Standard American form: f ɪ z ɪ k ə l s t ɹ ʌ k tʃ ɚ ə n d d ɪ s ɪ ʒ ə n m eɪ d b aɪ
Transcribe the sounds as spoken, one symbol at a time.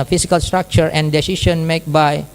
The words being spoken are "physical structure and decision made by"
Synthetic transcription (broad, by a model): f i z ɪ k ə l s t ɹ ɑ k tʃ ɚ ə n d d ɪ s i ʃ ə n m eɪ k b aɪ